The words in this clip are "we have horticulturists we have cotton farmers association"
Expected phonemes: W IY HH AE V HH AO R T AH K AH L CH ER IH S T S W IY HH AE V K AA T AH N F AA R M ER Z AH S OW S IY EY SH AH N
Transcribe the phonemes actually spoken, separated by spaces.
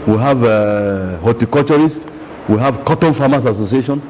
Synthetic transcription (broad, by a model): W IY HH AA V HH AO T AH K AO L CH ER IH S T W IY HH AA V K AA T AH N F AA M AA S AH S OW S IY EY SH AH N